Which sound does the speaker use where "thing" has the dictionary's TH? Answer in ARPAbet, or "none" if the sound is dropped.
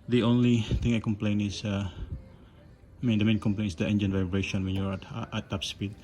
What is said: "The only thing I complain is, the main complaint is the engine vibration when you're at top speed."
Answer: T